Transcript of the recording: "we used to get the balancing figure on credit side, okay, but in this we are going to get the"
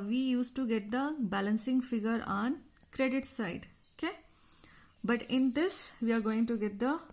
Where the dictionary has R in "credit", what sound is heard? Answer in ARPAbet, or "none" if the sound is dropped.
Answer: R